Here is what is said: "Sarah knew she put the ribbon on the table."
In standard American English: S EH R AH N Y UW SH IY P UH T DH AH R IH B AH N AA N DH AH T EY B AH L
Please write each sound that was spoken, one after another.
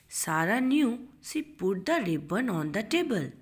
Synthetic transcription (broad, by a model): S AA R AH N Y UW S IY P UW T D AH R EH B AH N AA N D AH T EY B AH L